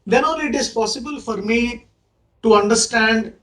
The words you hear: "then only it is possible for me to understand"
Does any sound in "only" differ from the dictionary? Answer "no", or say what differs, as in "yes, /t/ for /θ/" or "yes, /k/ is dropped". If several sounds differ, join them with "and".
yes, /n/ is dropped